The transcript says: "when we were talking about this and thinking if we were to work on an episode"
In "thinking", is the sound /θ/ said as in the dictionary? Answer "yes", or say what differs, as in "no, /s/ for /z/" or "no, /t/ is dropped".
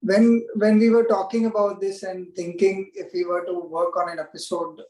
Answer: no, /t/ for /θ/